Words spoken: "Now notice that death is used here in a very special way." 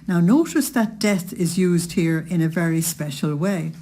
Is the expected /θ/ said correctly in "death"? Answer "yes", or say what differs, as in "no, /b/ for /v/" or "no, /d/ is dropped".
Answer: yes